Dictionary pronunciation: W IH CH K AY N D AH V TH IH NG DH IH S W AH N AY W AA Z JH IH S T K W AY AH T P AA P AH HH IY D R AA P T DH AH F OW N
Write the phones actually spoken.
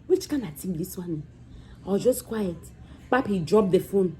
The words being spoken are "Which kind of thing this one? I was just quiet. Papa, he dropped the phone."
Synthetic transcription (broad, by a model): W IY CH K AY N AH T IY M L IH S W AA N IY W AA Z JH IH S T K W AY AH T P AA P HH IY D R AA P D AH F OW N